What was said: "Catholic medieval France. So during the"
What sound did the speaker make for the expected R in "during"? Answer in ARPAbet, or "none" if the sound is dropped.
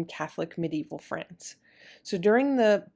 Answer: R